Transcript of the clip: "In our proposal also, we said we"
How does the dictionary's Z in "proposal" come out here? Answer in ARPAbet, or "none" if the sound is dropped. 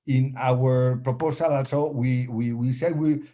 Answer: S